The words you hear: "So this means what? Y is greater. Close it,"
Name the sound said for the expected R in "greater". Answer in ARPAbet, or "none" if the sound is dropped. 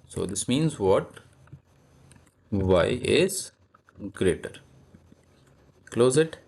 R